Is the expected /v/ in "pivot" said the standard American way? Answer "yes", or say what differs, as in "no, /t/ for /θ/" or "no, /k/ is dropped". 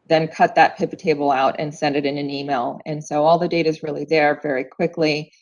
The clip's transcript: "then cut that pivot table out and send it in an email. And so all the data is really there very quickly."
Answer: no, /p/ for /v/